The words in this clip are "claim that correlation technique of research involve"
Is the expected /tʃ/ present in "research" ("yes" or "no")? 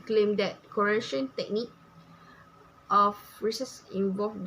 no